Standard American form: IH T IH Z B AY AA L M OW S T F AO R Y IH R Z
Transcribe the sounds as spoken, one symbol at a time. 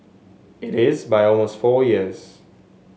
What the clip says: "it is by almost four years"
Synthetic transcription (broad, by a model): IH T IH Z B AY AA L M OW S T F AO Y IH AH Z